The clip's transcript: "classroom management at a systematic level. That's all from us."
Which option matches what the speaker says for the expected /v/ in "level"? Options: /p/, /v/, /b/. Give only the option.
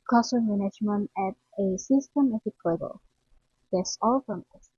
/b/